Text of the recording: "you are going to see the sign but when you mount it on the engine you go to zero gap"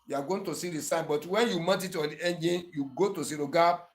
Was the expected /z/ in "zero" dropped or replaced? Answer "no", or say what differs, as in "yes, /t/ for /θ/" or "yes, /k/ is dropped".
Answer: yes, /s/ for /z/